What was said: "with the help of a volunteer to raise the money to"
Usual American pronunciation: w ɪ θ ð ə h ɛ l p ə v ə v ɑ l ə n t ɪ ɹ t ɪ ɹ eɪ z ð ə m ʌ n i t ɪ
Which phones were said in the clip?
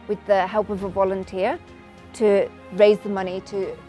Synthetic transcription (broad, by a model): w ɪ ð ə h ɛ l p ə v ə v ɑ l ə n t ɪ ɹ t ɪ ɹ eɪ z ð ə m ʌ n i t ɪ